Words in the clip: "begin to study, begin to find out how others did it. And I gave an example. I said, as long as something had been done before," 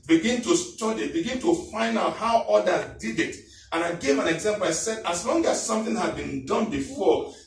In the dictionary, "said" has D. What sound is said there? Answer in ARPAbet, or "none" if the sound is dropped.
D